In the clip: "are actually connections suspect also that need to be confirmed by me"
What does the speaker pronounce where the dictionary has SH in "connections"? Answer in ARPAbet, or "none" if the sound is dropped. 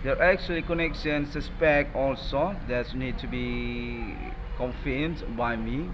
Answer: S